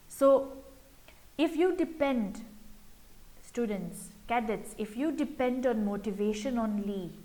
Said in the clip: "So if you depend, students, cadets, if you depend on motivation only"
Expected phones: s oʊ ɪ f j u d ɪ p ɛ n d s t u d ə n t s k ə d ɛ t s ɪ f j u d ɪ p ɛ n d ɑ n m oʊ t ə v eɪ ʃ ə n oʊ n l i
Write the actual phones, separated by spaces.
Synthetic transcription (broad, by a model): s oʊ ɪ f j u d ɪ p ɛ n d s t u d ə n t s k ə d ɛ t s ɪ f j u d ɪ p ɛ n d ɑ n m oʊ t ə v eɪ ʃ ə n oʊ n l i